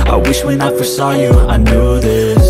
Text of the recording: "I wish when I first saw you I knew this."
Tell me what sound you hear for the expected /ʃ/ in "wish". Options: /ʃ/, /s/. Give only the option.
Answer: /ʃ/